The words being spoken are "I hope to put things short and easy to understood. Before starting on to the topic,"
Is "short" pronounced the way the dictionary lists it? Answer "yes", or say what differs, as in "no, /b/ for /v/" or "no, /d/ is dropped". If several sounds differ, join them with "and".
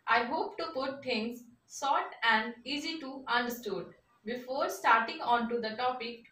no, /s/ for /ʃ/